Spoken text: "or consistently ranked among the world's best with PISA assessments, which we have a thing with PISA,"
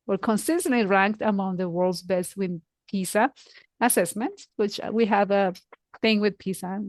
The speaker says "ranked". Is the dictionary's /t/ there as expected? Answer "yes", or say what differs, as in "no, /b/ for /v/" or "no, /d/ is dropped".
yes